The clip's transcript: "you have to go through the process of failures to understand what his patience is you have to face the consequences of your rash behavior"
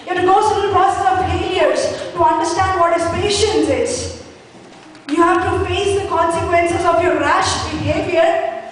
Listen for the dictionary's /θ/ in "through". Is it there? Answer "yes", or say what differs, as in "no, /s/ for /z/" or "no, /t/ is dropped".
no, /s/ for /θ/